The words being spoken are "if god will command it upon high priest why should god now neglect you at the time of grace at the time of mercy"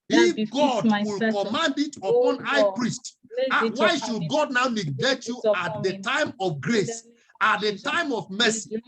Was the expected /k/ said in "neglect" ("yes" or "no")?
no